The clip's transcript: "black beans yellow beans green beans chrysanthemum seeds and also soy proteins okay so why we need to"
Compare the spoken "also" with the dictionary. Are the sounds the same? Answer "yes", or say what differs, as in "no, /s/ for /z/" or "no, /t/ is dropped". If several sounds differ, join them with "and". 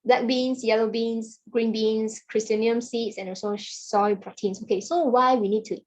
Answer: no, /l/ is dropped